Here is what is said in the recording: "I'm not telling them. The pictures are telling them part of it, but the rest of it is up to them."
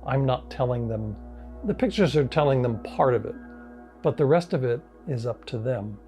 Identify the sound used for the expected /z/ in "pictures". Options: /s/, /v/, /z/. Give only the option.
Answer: /z/